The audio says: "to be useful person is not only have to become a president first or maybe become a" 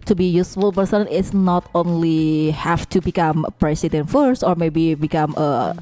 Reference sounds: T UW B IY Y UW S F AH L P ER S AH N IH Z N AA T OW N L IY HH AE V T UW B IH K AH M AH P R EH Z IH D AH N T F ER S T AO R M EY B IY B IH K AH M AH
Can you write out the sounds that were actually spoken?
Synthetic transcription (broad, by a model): T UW B IY Y UW S F AH L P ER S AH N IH S N AA T OW N L IY HH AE F T UW B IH K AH M AH P R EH S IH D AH N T F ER S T AO R M EY B IY B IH K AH M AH